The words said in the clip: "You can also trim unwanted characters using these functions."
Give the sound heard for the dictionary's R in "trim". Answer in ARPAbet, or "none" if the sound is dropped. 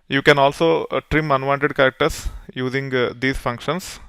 R